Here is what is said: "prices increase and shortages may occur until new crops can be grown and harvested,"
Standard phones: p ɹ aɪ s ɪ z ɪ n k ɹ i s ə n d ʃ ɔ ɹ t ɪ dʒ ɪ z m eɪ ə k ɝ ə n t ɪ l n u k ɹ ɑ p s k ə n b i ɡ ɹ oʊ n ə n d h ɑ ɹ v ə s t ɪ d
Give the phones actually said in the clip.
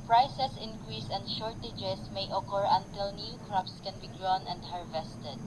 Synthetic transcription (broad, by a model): p ɹ aɪ s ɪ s ɪ n k ɹ i s ə n d ʃ ɔ ɹ t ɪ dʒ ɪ s m eɪ ə k ɝ ə n t ɪ l n u k ɹ ɑ p s k ə n b i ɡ ɹ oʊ n ə n d h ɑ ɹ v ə s t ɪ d